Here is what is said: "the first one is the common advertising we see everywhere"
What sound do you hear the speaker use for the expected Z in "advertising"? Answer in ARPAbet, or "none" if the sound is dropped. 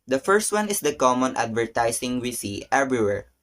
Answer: S